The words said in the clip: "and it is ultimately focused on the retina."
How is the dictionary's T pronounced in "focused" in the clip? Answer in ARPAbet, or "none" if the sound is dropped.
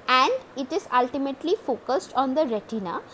T